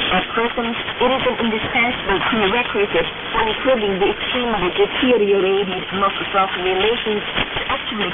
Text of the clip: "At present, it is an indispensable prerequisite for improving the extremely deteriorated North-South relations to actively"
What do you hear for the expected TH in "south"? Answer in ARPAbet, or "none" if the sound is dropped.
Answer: T